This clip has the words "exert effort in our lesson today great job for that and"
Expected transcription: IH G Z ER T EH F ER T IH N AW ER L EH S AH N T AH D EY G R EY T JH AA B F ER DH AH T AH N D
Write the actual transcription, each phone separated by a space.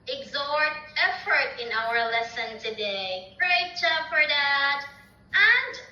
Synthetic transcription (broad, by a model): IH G Z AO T EH F ER T IH N AW ER L EH S AH N T AH D EY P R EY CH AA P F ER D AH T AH N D